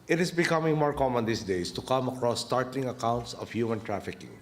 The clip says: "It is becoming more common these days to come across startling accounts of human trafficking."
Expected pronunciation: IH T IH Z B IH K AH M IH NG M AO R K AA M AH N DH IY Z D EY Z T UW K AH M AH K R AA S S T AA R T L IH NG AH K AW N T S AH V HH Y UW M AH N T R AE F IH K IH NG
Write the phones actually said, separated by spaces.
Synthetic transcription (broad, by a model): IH T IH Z B IH K AH M IH NG M AO R K AA M AH N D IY S D EY S T UW K AH M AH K R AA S S T AA R T L IH NG AH K AW N T S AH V HH Y UW M AH N T R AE F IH K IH NG